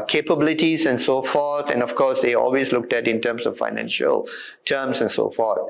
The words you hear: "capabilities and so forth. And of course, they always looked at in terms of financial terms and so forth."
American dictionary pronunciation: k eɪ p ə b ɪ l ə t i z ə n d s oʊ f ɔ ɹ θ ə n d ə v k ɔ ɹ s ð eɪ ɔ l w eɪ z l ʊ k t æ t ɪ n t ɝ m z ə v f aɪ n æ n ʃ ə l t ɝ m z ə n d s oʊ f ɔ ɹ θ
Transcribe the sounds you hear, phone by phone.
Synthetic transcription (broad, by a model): k eɪ p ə b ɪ l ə t i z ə n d s oʊ f ɔ ɹ t ə n d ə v k ɔ ɹ s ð eɪ ɔ l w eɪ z l ʊ k t æ t ɪ n t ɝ m s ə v f aɪ n æ n ʃ ə l t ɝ m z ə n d s oʊ f ɔ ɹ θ